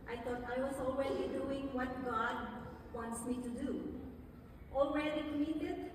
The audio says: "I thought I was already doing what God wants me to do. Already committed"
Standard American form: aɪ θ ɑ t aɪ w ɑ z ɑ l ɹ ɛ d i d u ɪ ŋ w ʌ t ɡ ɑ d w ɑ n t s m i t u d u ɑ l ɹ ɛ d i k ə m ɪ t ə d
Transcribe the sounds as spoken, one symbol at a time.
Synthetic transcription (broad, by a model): aɪ t ɑ t aɪ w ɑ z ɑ l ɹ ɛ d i d u ɪ ŋ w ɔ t ɡ ɑ d w ɑ n t s m i t u d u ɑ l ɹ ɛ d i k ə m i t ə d